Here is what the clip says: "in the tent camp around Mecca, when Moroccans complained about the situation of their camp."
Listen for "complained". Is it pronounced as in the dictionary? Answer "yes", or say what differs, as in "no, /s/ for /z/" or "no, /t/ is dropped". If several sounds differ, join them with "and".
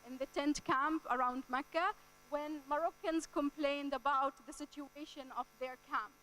yes